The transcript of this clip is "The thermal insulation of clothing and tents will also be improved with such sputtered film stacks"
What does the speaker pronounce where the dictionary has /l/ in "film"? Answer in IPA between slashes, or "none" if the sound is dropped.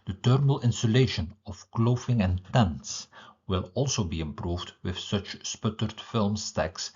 /l/